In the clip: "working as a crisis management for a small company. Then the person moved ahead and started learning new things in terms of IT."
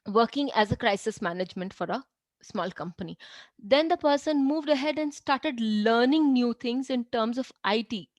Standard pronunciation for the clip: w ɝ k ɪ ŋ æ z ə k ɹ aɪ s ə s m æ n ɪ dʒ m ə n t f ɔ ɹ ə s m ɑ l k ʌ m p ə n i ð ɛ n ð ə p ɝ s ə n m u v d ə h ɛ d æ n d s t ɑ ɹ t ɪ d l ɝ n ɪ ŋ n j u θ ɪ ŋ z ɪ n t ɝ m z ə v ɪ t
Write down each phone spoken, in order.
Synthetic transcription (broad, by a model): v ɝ k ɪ ŋ æ z ə k ɹ aɪ s ə s m æ n ɪ dʒ m ə n t f ɔ ɹ ə s m ɑ l k ʌ m p ə n i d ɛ n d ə p ɝ s ə n m u v d ə h ɛ d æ n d s t ɑ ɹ t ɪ d l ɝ n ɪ ŋ n j u t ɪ ŋ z ɪ n t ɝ m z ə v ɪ t